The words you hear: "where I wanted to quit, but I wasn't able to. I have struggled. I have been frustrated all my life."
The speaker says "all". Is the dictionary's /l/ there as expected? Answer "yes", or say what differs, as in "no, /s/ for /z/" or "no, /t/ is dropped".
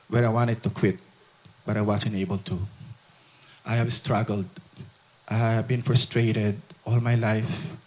yes